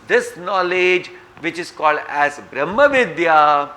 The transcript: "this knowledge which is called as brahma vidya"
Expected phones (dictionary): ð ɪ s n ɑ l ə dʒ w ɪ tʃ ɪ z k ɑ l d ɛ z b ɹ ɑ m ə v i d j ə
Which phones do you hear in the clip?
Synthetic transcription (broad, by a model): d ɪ s n ɑ l ə dʒ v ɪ tʃ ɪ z k ɑ l d ɛ z b ɹ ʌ m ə v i d j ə